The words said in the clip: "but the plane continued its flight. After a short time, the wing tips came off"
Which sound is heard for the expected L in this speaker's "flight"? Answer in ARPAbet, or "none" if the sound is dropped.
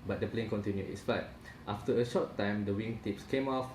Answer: none